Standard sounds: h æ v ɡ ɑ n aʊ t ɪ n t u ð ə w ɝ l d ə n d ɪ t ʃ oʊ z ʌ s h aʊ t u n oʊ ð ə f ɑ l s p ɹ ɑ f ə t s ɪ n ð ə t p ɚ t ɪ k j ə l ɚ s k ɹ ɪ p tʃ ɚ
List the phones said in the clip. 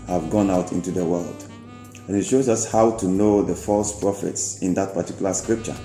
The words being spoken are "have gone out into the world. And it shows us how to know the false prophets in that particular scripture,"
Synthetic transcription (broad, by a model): h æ v ɡ ɑ n aʊ t ɪ n t u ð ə w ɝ l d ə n ɪ t ʃ oʊ z ʌ s h aʊ t u n oʊ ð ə f ɑ l s p ɹ ɑ f ə t s ɪ n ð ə t p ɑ t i k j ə l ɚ s k ɹ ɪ p tʃ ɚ